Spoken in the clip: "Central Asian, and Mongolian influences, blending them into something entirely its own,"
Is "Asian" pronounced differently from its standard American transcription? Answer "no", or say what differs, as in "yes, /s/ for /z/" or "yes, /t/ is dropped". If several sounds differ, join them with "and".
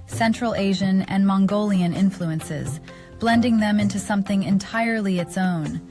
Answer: no